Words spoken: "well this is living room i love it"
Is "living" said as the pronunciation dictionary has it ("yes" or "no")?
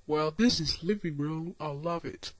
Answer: yes